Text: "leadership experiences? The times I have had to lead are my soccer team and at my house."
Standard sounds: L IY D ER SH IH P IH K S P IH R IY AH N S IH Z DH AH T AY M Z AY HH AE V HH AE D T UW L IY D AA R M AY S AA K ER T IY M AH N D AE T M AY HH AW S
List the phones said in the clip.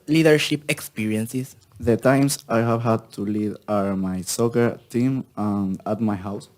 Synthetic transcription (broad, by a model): L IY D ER SH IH P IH K S P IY R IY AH N S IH S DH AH T AY M S AY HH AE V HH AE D T UW L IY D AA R M AY S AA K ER T IY M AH N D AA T M AY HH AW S